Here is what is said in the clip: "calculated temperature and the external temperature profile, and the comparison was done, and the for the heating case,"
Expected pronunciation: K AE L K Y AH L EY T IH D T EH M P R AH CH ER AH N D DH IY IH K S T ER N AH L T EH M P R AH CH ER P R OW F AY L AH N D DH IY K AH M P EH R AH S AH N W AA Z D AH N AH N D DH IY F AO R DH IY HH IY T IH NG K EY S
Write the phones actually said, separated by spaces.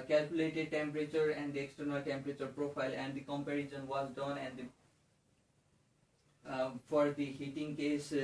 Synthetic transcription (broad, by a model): K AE L K Y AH L EY T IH D T EH M P R AH CH ER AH N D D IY IH K S T ER N AH L T EH M P R AH CH ER P R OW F AY L AH N D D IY K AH M P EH R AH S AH N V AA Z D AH N AH N D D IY F AO R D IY HH IY T IH NG K EY S